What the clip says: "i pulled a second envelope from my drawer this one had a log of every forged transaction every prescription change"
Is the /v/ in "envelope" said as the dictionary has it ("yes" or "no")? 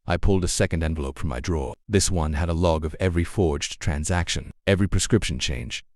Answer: yes